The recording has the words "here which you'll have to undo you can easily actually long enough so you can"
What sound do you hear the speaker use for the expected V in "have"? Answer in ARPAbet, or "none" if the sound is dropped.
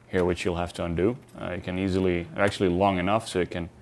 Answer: F